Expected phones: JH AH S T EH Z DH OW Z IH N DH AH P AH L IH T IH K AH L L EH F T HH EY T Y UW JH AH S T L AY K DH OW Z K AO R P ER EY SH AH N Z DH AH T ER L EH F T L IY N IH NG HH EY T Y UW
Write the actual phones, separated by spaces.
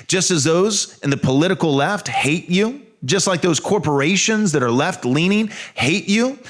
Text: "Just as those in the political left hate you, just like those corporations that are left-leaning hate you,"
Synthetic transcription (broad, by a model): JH AH S T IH Z DH OW Z IH N DH AH P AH L IH T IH K L L EH F T HH EY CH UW JH AH S T L AY K DH OW Z K AO R P ER EY SH AH N Z DH AH T ER L EH F T L IY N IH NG HH EY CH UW